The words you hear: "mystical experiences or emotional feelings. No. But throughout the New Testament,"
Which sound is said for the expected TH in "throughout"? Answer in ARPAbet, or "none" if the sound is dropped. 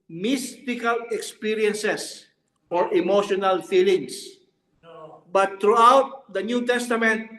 T